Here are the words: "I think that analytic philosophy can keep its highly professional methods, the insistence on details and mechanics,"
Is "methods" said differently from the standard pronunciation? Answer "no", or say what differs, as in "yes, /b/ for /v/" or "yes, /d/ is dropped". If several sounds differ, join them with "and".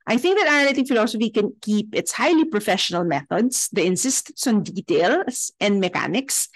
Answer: yes, /s/ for /z/